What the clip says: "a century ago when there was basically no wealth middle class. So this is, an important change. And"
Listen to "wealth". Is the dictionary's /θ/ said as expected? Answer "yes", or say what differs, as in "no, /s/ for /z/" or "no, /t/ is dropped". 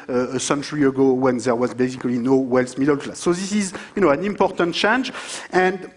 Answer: no, /s/ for /θ/